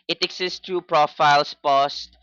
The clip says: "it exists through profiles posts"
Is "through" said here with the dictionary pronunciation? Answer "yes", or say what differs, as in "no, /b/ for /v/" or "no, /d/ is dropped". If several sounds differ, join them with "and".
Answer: no, /t/ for /θ/